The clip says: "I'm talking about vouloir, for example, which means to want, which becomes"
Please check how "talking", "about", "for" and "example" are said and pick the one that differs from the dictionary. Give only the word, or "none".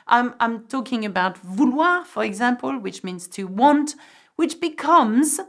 none